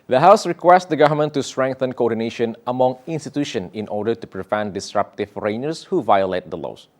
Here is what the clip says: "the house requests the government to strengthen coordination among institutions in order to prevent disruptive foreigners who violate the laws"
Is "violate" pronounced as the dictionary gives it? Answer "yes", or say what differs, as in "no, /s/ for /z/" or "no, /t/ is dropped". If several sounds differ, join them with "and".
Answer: yes